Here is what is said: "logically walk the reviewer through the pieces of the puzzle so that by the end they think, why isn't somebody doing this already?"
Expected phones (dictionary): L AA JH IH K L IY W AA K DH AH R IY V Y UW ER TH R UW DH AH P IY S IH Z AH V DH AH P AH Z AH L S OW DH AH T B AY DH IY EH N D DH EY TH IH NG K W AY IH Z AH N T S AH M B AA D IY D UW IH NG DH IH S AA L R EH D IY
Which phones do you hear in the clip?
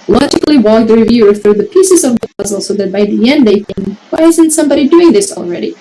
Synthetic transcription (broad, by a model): L AA JH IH K L IY W AA K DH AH R IY V Y UW ER TH R UW DH AH P IY S IH Z AH V DH AH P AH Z L S OW DH AH T B AY DH IY EH N D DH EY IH K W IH IH Z AH N T S AH M B AA D IY D UW IH NG DH IH S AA L R EH D IY